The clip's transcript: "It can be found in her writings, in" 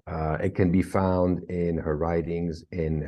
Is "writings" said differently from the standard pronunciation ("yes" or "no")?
no